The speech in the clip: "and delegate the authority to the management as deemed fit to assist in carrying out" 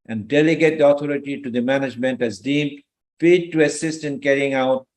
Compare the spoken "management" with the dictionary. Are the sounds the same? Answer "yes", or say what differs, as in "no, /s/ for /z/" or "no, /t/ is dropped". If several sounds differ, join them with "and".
yes